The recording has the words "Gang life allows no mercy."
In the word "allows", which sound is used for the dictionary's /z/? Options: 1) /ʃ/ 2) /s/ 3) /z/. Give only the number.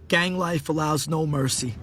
3